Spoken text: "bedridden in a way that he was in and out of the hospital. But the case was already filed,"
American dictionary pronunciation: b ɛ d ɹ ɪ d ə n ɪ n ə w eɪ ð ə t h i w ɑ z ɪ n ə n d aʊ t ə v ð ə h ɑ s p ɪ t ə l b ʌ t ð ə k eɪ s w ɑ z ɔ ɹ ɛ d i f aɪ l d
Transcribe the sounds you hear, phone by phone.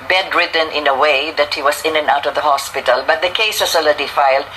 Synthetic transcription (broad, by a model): b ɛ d ɹ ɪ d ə n ɪ n ə w eɪ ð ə t h i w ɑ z ɪ n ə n aʊ t ə v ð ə h ɑ s p ɪ t ə l b ʌ t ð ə k eɪ s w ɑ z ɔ l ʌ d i f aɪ l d